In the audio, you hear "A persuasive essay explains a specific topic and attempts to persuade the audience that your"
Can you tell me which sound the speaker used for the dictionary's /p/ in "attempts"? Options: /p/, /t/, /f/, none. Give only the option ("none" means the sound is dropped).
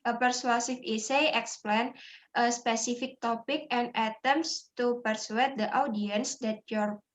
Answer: none